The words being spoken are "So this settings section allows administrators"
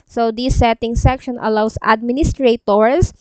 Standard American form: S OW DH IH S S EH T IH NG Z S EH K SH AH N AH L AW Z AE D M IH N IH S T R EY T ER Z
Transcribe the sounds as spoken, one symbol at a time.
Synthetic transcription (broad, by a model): S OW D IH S S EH T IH NG S EH K SH AH N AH L AW S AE D M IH N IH S T R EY T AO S